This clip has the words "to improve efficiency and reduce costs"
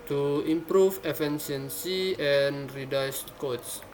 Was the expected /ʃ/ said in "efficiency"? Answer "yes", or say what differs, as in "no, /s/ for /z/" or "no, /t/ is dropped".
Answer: no, /s/ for /ʃ/